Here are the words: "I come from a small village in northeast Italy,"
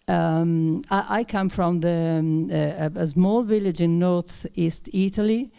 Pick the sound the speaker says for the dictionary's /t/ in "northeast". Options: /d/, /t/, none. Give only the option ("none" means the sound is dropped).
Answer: /t/